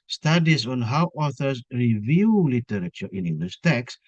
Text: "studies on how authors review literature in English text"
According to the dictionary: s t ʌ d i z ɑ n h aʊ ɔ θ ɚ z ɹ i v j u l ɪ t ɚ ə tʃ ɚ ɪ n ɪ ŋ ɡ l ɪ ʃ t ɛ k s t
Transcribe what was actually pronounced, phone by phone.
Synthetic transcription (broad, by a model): s t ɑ d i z ɑ n h aʊ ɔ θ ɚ s ɹ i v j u l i t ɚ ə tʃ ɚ ɪ n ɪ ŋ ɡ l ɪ s t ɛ k s